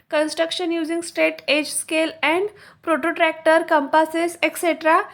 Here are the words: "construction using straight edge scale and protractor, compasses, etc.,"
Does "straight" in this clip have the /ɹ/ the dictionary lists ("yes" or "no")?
no